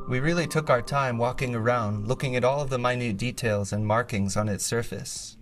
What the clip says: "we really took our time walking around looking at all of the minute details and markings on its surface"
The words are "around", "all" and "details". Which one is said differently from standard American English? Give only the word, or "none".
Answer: none